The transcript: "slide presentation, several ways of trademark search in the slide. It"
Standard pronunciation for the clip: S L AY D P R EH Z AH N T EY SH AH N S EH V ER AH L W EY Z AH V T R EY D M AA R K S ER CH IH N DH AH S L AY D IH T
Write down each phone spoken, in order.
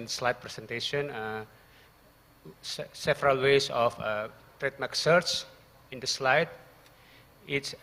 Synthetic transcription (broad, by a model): S L AY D P R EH S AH N T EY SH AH N S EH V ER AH L W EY S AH F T R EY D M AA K S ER S IH N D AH S L AY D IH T